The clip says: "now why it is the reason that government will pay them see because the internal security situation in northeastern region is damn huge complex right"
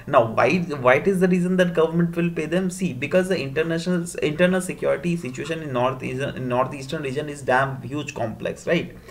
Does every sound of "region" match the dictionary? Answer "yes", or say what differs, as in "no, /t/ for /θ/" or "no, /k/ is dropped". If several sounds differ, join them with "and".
yes